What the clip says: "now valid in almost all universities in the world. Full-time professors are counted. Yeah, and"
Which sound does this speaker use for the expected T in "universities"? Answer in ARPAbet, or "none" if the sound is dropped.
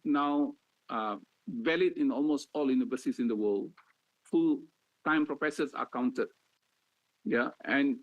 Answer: S